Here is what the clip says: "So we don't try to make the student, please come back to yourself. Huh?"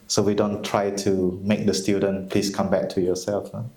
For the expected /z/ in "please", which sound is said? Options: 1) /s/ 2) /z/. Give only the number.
1